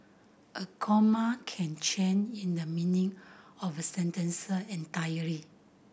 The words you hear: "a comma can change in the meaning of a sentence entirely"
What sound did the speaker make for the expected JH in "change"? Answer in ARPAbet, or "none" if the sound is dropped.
none